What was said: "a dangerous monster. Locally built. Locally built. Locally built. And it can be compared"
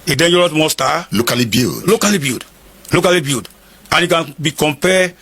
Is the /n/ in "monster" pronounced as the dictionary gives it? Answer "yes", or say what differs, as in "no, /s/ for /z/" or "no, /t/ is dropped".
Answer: no, /n/ is dropped